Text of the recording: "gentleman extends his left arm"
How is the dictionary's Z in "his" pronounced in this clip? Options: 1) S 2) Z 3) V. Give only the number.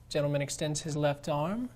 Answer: 2